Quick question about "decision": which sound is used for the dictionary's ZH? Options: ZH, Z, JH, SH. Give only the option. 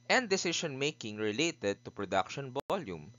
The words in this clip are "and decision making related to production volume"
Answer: SH